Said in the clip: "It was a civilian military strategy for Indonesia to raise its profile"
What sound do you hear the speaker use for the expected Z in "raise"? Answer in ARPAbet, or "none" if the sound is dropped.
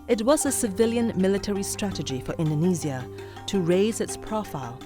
Z